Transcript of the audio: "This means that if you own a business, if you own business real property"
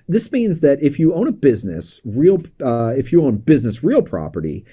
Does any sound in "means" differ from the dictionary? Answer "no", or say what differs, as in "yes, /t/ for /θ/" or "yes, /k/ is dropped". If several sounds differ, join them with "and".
no